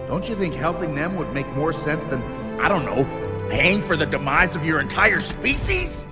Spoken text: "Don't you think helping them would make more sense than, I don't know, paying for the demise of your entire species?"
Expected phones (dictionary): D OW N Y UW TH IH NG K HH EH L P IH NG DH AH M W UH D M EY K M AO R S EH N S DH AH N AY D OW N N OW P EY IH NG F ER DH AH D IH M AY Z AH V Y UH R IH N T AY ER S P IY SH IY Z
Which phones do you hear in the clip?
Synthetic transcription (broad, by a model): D OW N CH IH TH IH NG K HH EH L P IH NG DH AH M W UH D M EY K M AO R S EH N S DH AH N AY D OW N N OW P EY IH NG F ER DH AH D IH M AY Z AH V Y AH R IH N T AY ER S P IY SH IY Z